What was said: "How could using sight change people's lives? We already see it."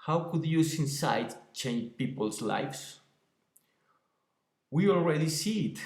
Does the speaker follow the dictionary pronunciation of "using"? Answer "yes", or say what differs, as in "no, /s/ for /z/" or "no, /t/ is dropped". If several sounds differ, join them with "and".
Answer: no, /s/ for /z/